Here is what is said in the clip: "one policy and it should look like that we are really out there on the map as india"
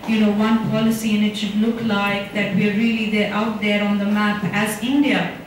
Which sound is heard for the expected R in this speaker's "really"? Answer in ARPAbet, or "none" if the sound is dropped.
L